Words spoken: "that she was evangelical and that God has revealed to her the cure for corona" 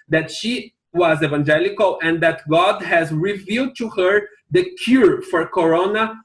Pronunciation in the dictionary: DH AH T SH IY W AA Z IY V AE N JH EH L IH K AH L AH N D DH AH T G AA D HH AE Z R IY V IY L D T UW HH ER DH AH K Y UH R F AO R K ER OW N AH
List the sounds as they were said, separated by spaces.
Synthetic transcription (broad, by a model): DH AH T SH IY W AA Z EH V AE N JH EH L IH K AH L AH N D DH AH T G AA D HH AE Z R IY V IY L D T UW HH ER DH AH K Y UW R F AO R K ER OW N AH